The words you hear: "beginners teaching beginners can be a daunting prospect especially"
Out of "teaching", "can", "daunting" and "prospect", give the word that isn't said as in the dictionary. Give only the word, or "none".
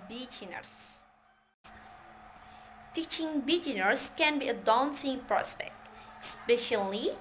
daunting